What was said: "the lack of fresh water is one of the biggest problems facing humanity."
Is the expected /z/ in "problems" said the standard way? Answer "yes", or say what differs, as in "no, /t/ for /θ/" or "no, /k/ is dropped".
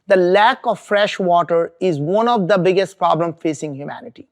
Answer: no, /z/ is dropped